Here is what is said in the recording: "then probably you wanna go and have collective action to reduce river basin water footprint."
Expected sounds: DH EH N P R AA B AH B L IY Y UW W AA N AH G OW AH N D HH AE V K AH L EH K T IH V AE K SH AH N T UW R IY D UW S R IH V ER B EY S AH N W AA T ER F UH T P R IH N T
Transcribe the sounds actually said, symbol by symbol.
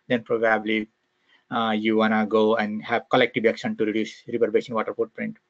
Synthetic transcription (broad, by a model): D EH N P R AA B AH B L IY Y UW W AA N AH G OW AH N D HH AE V K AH L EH K T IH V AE K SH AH N T UW R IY D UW S R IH P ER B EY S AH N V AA T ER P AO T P R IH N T